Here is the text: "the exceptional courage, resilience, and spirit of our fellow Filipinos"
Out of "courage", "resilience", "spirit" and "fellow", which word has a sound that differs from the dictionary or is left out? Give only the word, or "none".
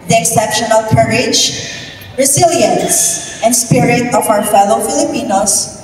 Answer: resilience